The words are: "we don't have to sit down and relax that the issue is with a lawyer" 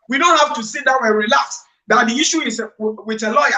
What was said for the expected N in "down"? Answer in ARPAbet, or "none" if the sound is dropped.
none